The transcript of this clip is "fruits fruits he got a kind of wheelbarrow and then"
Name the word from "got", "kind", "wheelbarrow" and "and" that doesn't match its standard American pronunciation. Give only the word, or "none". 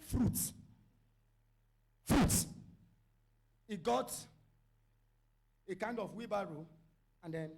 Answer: wheelbarrow